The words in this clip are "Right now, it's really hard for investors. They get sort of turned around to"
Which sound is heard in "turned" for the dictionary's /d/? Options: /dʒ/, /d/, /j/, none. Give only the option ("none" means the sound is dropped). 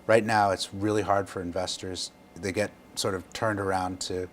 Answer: /d/